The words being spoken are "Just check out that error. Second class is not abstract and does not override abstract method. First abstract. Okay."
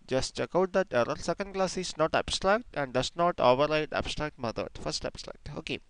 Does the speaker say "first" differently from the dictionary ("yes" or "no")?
no